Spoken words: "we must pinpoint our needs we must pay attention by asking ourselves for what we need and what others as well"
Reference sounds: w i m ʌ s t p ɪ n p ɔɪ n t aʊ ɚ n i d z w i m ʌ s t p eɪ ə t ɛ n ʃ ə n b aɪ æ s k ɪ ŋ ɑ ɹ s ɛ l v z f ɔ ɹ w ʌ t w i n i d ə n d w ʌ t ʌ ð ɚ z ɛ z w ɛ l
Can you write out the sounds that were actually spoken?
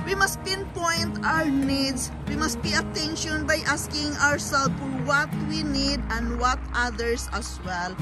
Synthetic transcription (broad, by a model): w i m ʌ s t p ɪ n p ɔɪ n t aʊ ɚ n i d s w i m ʌ s t b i ə t ɛ n ʃ ə n b aɪ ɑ s k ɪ ŋ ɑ ɹ s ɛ l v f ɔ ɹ w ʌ t w i n i d ə n d w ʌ t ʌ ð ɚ s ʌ s w ɛ l